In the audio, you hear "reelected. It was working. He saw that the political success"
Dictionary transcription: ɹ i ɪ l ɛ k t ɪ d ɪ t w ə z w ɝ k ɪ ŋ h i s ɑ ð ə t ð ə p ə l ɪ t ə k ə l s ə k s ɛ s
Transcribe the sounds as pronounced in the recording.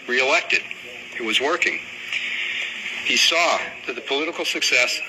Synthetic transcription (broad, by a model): ɹ i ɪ l ɛ k t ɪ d ɪ t w ə z w ɝ k ɪ ŋ h i s ɑ ð ə t ð ə p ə l ɪ t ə k l s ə k s ɛ s